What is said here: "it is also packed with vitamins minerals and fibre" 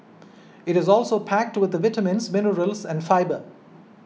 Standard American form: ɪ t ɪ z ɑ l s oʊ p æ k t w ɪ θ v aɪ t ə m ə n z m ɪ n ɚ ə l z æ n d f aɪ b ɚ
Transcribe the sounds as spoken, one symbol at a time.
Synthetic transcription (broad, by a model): ɪ t ɪ z ɑ l s oʊ p æ k t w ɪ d v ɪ t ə m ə n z m ɪ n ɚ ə l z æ n d f aɪ b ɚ